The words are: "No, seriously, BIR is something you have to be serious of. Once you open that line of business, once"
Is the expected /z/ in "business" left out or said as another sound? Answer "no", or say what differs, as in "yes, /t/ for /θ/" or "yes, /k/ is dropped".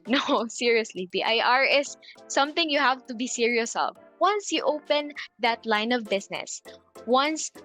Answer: yes, /s/ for /z/